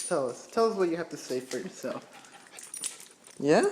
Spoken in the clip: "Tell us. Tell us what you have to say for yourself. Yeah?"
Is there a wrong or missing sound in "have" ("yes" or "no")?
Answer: yes